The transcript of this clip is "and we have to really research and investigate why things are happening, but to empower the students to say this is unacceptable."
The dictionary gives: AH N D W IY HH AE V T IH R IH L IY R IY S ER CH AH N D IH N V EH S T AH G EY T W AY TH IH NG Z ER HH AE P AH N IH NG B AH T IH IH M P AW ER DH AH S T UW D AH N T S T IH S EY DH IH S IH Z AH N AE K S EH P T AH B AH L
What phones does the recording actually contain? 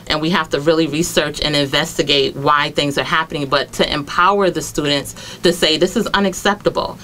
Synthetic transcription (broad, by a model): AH N W IY HH AE F T IH R IH L IY R IY S ER CH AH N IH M V EH S T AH G EY T W AY TH IH NG Z ER HH AE P AH N IH NG B AH T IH IH M P AW ER DH AH S T UW D N T S T IH S EY DH IH S IH Z AH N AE K S EH P T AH B L